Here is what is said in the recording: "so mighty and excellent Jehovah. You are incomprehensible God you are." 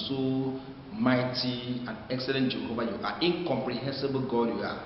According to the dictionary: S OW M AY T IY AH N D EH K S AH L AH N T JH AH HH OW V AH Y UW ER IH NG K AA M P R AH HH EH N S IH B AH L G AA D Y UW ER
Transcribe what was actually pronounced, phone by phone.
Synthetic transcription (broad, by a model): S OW M AY T IY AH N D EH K S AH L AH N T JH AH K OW B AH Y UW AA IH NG K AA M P R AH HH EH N S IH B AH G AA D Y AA